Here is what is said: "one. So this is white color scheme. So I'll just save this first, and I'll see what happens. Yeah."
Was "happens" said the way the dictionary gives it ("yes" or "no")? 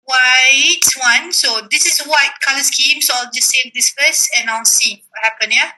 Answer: no